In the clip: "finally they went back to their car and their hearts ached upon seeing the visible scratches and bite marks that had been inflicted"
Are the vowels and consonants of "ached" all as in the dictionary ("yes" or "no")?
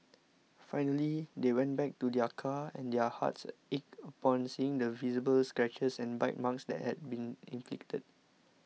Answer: no